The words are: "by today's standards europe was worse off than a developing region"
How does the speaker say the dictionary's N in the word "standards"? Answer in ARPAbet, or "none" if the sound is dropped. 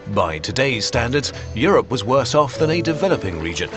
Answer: N